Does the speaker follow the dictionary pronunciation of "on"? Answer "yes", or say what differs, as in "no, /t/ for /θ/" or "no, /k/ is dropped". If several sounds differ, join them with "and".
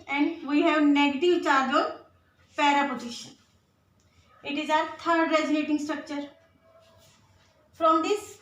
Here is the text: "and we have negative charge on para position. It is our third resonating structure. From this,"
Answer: no, /l/ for /n/